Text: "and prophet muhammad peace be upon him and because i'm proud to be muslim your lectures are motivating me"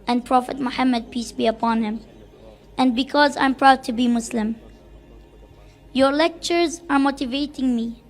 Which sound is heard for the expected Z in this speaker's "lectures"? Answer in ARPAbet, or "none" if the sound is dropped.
Z